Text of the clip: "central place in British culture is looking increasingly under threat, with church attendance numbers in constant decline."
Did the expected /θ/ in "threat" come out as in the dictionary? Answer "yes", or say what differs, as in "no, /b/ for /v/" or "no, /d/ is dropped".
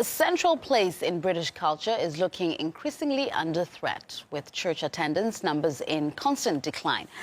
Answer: yes